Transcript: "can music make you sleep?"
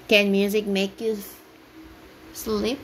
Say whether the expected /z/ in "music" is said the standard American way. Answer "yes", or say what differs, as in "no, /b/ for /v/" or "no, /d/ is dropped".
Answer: yes